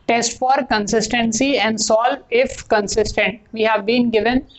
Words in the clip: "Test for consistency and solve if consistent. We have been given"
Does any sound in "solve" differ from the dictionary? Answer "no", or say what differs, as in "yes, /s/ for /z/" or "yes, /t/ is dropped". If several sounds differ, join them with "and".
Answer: yes, /v/ is dropped